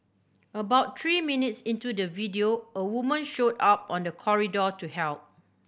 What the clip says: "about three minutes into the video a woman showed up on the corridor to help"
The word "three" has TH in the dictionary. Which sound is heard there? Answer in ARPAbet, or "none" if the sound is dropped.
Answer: T